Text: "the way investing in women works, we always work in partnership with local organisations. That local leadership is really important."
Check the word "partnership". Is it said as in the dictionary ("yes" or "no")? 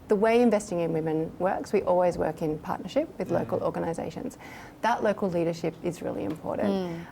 yes